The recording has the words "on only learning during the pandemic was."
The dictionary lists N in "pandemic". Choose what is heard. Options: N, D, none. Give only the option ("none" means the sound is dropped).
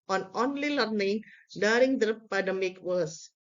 none